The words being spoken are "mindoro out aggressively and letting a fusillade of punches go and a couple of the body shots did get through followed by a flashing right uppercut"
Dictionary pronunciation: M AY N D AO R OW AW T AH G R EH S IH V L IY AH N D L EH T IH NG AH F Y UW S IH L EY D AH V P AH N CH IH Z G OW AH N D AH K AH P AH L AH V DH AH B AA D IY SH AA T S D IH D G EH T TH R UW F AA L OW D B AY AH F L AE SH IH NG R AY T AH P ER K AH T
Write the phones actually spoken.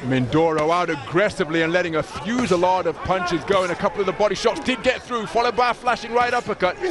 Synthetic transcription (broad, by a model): M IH N D AO R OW AW T AH G R EH S IH V L IY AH N L EH T IH NG AH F Y UW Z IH L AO D AH V P AH N CH IH Z G OW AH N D AH K AH P L AH V DH AH B AA D IY SH AA T S D IH D G EH T TH R UW F AA L OW D B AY AH F L AE SH IH NG R AY T AH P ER K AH T